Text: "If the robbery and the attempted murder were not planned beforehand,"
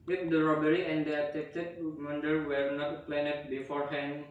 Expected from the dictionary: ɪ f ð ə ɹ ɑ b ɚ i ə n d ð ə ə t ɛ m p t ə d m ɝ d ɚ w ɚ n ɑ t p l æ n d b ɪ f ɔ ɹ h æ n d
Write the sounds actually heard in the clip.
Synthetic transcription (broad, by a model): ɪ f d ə ɹ ɑ b ɚ i ə n d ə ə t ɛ p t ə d m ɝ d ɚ w ɚ n ɑ t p l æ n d b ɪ f ɔ ɹ h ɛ n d